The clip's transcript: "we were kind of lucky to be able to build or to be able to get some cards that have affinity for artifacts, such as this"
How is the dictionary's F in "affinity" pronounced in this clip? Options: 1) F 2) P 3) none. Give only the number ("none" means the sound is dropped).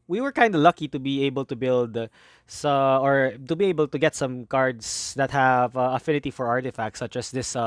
1